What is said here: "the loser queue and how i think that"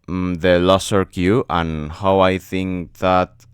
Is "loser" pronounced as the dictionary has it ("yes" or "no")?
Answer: no